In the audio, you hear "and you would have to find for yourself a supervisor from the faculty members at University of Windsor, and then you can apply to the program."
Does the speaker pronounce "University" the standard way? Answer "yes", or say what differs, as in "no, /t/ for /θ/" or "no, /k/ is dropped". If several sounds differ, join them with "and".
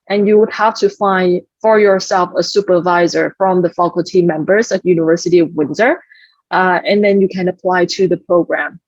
yes